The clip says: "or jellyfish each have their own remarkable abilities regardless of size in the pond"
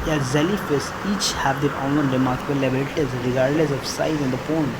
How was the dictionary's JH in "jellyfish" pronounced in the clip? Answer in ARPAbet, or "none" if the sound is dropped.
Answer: Z